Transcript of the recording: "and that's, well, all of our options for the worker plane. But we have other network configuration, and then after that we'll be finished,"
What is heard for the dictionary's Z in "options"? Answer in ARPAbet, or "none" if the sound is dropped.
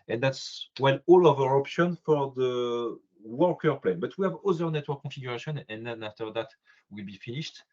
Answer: none